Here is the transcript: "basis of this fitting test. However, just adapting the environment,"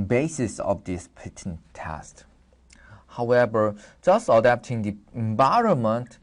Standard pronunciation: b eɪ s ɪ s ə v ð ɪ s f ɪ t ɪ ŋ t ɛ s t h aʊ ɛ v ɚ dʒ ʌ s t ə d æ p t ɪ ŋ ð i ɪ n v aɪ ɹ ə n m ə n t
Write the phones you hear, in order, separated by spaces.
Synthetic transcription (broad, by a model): b eɪ s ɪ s ə v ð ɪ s p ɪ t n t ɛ s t h aʊ ɛ v ɚ dʒ ʌ s t ə d æ p t ɪ ŋ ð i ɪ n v aɪ ɹ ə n m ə n t